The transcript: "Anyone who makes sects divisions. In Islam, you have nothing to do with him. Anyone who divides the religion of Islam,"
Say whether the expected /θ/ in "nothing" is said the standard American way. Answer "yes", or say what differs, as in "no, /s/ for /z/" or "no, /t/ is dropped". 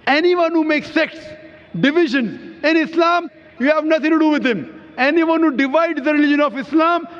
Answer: no, /t/ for /θ/